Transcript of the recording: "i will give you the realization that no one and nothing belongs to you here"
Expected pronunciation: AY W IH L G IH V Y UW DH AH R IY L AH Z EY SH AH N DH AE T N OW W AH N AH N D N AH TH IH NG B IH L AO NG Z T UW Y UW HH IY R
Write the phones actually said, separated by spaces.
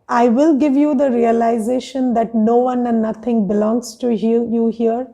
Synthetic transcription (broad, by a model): AY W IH L G IH V Y UW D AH R IY L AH Z EY SH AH N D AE T N OW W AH N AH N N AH T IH NG B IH L AO NG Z T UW Y UW HH IY R